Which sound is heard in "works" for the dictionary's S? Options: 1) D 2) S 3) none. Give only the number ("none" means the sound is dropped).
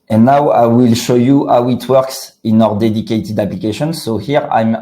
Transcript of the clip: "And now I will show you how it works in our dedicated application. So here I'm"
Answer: 2